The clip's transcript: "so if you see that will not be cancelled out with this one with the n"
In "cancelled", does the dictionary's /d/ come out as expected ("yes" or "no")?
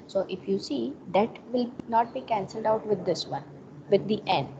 yes